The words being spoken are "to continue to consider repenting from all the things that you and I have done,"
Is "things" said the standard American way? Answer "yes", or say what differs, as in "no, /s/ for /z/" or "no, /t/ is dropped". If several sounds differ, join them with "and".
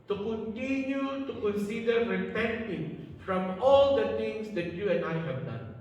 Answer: no, /t/ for /θ/